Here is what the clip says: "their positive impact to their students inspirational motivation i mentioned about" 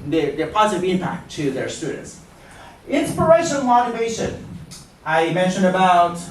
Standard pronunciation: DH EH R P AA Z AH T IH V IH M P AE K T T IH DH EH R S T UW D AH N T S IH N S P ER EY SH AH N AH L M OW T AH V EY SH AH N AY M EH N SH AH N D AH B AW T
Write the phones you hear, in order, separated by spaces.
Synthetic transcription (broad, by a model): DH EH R P AA Z AH T IH V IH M P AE K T T IH DH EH R S T UW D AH N T S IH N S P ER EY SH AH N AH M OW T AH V EY SH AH N AY M EH N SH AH N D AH B AW T